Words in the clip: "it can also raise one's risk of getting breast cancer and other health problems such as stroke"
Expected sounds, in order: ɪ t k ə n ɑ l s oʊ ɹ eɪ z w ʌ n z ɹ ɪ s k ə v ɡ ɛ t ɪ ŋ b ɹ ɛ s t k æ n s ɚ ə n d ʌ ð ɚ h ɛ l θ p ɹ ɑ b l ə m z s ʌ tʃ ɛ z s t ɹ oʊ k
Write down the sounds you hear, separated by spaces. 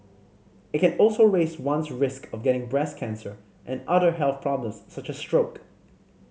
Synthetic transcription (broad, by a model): ɪ t k ə n ɑ l s oʊ ɹ eɪ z w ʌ n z ɹ ɪ s k ə v ɡ ɛ t ɪ ŋ b ɹ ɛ s k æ n s ɚ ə n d ʌ ð ɚ h ɛ l θ p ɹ ɑ b l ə m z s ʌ tʃ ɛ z s t ɹ oʊ k